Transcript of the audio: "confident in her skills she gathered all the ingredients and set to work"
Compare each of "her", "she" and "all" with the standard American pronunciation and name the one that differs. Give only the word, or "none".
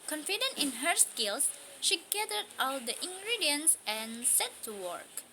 none